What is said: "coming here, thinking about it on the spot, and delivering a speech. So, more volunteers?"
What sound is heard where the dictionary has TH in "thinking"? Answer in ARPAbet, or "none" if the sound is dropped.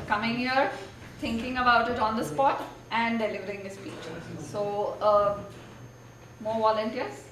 T